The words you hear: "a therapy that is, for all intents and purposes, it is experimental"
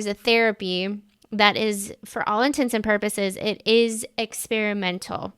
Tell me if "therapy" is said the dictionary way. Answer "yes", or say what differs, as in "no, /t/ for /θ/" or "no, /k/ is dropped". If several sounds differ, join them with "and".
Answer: yes